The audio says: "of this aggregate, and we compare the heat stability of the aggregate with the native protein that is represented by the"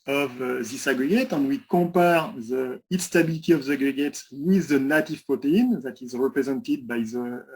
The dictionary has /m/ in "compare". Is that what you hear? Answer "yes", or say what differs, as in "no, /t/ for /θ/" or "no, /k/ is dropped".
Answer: no, /m/ is dropped